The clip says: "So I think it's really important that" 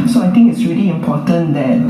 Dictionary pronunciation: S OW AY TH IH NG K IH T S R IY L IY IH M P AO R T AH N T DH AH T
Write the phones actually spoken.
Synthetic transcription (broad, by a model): S OW AY T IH NG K IH T S R IY L IY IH M P AO T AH N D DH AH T